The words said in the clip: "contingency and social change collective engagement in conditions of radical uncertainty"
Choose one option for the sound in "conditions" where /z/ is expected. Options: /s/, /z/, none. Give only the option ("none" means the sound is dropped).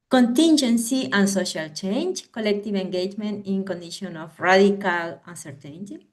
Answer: none